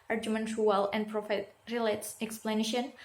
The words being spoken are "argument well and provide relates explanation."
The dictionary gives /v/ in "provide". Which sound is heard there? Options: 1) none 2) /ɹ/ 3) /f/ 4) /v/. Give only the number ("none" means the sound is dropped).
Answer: 3